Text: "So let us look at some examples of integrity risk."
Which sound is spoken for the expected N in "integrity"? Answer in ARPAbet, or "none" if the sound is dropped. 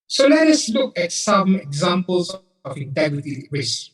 N